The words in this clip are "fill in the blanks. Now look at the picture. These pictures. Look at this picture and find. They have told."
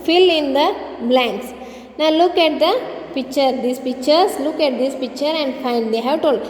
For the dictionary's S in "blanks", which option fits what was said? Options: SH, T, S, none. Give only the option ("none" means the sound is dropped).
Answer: S